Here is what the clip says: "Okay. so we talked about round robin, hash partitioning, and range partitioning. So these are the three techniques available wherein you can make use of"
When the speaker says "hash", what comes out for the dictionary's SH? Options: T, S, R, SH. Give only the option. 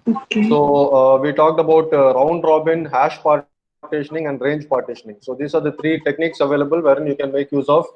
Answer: SH